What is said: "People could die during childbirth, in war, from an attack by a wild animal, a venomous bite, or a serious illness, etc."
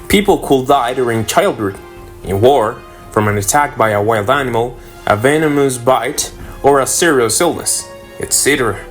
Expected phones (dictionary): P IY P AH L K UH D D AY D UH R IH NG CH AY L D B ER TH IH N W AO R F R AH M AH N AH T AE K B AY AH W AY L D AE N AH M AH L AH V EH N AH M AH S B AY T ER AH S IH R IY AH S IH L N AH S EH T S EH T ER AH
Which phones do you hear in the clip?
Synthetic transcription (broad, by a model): P IY P L K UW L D AY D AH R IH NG CH AY L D ER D IH N W AO R F R AH M AH N AH T AE K B AY AH W AY L D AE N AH M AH L AH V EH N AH M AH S B AY T ER AH S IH R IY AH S IH L N AH S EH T S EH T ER